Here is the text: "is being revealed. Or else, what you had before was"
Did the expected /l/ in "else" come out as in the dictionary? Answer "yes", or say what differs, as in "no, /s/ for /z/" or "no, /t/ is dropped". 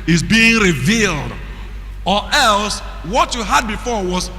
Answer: yes